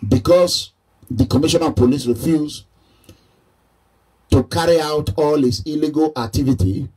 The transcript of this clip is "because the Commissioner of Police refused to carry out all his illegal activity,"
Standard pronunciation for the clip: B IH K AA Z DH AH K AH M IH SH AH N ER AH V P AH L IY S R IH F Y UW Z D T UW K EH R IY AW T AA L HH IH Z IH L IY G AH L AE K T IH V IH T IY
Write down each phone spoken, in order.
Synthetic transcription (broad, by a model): B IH K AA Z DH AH K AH M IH SH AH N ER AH P AH L IY S R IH F Y UW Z T UW K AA R IY AW T AA L HH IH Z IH L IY G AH L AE K T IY V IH T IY